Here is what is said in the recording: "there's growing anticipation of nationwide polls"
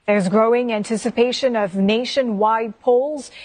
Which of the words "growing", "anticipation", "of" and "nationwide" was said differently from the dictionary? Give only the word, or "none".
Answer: none